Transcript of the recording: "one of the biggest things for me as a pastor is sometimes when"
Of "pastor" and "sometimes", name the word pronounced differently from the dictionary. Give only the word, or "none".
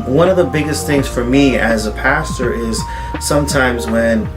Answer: none